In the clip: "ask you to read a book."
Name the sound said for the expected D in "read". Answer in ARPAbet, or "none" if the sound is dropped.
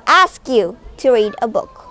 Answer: D